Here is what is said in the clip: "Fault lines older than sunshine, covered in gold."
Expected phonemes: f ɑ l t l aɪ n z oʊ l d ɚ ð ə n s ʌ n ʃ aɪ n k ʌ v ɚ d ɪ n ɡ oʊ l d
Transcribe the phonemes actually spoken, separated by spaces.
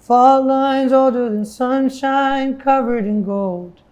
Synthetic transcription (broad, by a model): f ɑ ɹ l aɪ n z oʊ l d ɚ ð ə n s ʌ n ʃ aɪ n k ʌ v ɚ d ɪ n ɡ oʊ l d